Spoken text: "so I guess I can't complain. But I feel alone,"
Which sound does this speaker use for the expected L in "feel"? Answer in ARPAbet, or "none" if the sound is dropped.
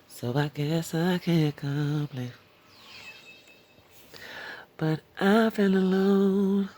N